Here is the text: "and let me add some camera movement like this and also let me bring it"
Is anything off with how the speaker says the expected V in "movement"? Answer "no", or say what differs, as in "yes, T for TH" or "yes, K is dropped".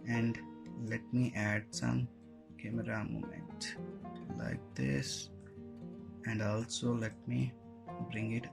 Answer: yes, V is dropped